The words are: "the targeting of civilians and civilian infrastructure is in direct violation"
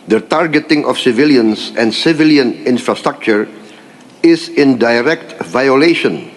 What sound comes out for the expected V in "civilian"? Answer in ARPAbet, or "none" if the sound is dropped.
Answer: V